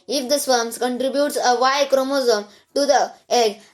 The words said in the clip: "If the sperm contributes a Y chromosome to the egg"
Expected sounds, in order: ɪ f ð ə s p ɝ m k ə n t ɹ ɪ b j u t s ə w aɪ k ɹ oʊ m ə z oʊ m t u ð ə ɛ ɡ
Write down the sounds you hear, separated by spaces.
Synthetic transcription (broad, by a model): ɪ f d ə s f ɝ m k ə n t ɹ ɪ b j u t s ə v aɪ k ɹ oʊ m ə z oʊ m t u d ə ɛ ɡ